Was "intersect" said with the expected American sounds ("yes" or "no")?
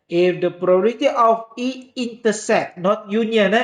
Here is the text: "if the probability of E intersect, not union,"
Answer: no